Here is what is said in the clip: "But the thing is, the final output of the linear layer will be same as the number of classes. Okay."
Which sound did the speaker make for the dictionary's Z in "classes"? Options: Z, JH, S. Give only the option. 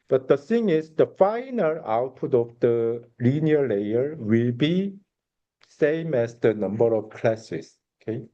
S